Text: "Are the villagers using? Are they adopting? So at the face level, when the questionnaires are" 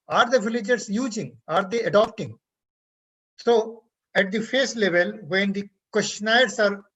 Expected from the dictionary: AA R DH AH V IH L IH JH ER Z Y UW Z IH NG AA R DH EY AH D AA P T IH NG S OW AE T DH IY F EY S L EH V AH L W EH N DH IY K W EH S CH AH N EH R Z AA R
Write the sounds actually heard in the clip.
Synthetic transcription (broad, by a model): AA R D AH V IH L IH JH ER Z Y UW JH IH NG AA R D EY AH D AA P T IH NG S OW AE T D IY F EY S L EH V AH L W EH N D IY K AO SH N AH IH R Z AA R